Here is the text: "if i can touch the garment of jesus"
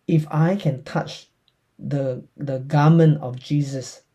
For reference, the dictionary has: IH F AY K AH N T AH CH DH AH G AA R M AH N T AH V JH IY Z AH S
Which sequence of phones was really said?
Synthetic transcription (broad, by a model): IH F AY K AH N T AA CH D AH G AA M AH N AH F JH IY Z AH S